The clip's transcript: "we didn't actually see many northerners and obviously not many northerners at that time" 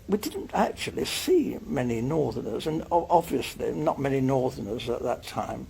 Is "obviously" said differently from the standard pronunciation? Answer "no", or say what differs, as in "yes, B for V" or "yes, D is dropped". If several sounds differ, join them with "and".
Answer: no